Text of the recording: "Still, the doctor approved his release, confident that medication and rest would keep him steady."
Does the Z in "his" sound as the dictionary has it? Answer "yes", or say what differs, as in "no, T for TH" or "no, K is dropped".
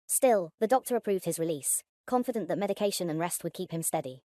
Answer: yes